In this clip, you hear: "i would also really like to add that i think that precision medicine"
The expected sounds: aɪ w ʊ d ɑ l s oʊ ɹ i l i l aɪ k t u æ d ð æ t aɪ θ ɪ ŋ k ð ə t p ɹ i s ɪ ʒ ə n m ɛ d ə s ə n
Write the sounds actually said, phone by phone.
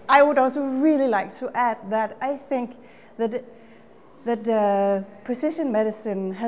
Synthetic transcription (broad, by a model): aɪ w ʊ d ɑ l s oʊ ɹ i l i l aɪ k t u æ d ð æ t aɪ θ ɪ ŋ k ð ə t p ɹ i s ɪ ʃ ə n m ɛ d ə s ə n